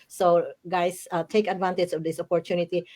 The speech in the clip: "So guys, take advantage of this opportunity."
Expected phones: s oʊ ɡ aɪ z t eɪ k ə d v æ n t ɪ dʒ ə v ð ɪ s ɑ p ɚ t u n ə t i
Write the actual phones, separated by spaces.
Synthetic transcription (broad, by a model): s oʊ ɡ aɪ s t eɪ k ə d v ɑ n t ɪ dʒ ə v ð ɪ s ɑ p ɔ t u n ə t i